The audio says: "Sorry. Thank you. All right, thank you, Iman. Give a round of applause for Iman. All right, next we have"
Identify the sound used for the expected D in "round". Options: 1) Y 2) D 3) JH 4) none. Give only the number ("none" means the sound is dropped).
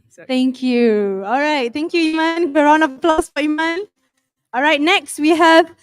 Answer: 4